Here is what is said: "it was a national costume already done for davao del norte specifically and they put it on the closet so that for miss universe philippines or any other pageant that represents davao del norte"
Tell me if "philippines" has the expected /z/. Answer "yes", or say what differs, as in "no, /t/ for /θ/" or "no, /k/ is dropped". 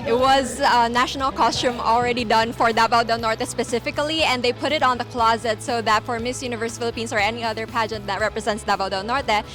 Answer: no, /s/ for /z/